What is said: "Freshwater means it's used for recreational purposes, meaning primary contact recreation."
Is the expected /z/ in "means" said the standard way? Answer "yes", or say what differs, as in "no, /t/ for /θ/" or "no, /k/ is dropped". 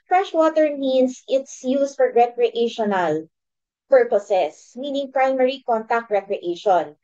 no, /s/ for /z/